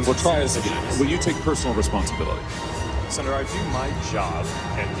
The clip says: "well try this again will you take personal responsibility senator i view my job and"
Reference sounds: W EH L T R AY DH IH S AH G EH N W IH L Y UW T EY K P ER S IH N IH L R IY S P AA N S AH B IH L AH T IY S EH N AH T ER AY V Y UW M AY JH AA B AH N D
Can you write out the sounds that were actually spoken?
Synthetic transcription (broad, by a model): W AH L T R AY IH AH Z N W IH L Y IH T EY K P ER S N L R IY S P AA N S AH B IH L AH T IY S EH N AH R AY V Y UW M AY JH AA B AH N